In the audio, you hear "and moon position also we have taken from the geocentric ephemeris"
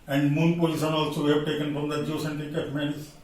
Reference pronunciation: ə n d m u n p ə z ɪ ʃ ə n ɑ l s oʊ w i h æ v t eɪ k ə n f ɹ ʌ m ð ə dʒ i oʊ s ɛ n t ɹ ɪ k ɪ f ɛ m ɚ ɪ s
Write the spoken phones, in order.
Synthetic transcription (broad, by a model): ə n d m u n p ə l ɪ s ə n ɑ l s oʊ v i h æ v t eɪ k ə n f ɹ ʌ m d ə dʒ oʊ s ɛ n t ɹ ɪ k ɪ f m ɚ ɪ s